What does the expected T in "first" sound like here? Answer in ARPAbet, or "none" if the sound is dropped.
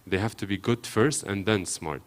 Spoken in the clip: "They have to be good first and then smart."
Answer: T